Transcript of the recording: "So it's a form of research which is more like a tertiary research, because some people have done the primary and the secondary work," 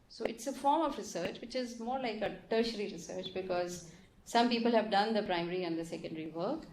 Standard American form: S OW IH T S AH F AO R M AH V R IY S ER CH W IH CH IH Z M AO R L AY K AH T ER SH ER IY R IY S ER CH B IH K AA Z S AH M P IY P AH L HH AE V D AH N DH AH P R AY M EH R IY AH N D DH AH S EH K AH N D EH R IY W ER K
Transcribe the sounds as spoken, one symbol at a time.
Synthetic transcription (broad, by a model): S OW IH T S AH F AO R M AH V R IY S ER CH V IH CH IH Z M AO R L AY K AH T ER SH ER IY R IY S ER CH B IH K AA Z S AH M P IY P AH L HH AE V D AH N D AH P R AY M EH R IY AH N D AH S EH K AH N D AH R IY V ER K